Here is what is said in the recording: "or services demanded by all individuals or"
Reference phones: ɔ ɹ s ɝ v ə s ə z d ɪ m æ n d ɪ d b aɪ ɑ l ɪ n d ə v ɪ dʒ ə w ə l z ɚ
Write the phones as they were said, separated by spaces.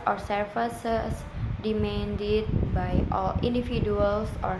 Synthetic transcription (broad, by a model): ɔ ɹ s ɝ f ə s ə s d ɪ m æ n d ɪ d b aɪ ɑ l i n d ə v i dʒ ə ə l s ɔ